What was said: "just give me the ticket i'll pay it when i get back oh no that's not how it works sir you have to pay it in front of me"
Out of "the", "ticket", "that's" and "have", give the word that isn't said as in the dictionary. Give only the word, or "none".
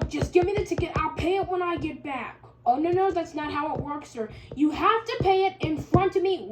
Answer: have